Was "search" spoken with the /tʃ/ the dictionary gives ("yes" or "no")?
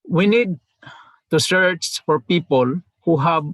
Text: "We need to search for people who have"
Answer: no